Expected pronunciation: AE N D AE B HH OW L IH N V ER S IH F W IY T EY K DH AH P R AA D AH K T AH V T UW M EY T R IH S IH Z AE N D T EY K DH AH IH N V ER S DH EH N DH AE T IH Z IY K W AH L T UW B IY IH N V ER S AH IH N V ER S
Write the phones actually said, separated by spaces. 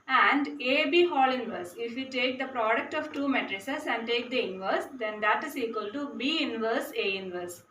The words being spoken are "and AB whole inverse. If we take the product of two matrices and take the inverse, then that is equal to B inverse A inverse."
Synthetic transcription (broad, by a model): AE N D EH B HH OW L IH N V ER S IH F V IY T EY K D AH P R AA D AH K T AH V T UW M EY T R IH S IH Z AE N D T EY K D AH IH N V ER S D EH N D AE T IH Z IY K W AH L T UW B IY IH N V ER S AH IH N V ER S